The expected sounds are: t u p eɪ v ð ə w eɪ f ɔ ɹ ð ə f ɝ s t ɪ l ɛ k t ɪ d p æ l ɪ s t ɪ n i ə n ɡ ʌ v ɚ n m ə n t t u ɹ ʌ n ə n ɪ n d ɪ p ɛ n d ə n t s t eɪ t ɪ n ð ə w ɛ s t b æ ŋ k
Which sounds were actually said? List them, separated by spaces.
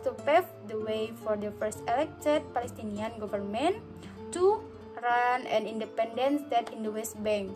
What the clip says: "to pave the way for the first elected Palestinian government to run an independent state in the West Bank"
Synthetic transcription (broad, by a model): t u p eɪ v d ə w eɪ f ɔ ɹ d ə f ɝ s t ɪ l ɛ k t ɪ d p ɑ l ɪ s t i n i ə n ɡ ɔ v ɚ n m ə n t t u ɹ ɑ n ə n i n d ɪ p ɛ n d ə n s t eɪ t ɪ n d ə w ɛ s t b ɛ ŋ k